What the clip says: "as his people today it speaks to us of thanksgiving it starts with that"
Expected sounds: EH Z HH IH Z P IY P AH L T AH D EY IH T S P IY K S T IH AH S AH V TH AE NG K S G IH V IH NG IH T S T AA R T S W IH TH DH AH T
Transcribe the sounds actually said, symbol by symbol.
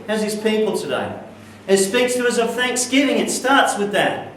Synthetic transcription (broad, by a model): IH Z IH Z P IY P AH L T AH D EY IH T S P IY K S T IH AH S AH V TH AE NG K S G IH V IH NG IH T S T AA R T S W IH DH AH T